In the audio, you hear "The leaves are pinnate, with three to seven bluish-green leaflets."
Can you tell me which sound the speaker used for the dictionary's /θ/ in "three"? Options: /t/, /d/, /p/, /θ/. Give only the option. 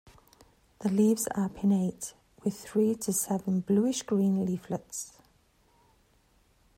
/θ/